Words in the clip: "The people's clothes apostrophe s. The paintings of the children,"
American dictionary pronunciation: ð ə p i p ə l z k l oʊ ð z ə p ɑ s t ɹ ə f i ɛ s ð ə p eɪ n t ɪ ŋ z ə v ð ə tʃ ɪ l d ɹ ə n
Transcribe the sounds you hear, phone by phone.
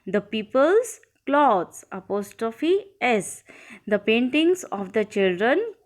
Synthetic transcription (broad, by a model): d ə p i p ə l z k l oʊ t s ə p ɑ s t ɹ ə f i ɛ s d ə p eɪ n t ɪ ŋ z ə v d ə tʃ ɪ l d ɹ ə n